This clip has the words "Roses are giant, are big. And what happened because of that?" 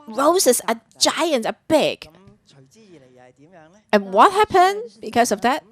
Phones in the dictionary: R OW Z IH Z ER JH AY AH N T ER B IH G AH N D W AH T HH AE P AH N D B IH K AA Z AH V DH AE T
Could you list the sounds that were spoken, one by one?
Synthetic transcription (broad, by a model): R OW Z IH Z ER JH AY AH N T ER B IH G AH N W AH T HH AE P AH N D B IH K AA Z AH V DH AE T